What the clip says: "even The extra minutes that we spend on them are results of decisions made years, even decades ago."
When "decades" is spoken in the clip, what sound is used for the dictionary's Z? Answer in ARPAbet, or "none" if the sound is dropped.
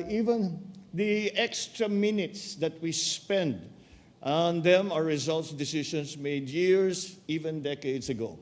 S